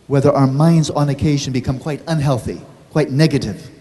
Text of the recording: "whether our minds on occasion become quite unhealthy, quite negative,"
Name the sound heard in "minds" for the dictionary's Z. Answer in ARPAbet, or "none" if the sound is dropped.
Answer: Z